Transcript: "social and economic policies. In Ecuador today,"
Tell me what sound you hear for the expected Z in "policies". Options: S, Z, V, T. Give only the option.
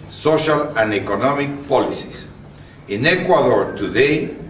S